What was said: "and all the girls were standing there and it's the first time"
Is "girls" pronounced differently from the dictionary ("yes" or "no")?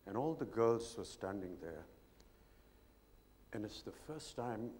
no